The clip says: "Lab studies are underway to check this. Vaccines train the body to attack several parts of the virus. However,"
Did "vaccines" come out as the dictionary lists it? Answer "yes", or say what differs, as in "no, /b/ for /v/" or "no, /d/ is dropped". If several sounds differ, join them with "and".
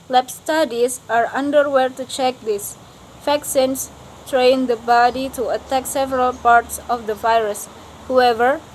no, /f/ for /v/ and /s/ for /z/